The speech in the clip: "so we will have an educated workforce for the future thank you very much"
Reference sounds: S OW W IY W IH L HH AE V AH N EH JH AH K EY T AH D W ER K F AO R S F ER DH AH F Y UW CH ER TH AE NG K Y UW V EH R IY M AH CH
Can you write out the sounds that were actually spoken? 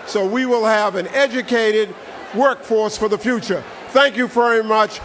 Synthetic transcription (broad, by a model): S OW W IY W IH L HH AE V AH N EH JH AH K EY T AH D W ER K F AO R S F ER DH AH F Y UW CH ER TH AE NG K Y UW V EH R IY M AH CH